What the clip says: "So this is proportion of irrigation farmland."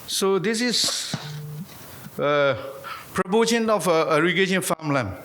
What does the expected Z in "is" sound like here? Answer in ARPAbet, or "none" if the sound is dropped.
S